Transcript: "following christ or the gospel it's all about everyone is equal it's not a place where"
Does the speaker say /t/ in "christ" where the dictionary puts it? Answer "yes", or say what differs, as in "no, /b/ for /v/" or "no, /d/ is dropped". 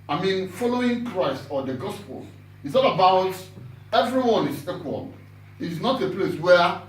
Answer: yes